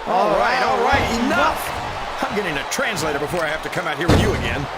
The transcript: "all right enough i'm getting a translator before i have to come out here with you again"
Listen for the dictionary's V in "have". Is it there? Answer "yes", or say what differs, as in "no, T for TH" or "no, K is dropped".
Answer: no, F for V